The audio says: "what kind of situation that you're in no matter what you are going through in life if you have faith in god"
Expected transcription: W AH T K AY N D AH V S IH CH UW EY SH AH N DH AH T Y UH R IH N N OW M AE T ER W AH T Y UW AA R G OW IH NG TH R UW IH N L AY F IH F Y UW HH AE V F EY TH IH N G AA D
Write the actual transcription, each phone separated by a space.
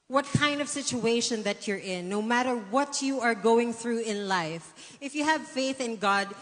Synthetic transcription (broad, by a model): W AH T K AY N D AH V S IH CH UW EY SH AH N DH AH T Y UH R IH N N OW M AE T ER W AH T Y UW AA R G OW IH NG TH R UW IH N L AY F IH F Y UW HH AE V F EY TH IH N G AA D